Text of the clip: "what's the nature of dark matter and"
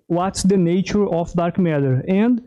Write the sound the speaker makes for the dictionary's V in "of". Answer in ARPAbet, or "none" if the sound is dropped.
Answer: F